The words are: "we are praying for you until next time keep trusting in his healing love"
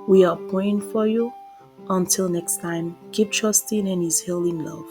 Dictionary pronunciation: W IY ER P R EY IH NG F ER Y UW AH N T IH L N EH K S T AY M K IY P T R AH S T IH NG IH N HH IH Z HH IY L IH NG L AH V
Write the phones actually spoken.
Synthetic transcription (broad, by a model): W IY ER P EY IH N F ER Y UW AH N T IH L N EH K S T AY M K IY P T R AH S T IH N IH N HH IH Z HH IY L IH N L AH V